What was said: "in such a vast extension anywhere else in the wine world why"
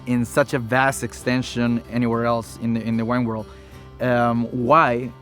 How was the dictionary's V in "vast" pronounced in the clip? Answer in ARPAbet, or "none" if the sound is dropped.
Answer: V